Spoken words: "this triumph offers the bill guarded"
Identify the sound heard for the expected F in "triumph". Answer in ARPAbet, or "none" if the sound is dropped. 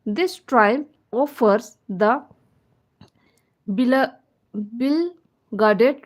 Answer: none